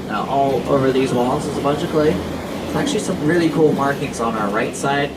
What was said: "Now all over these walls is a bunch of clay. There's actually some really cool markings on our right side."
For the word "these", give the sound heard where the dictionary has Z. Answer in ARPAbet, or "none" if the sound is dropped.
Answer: Z